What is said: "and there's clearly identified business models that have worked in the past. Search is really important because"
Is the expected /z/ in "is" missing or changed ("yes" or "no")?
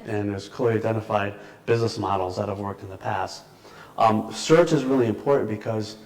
no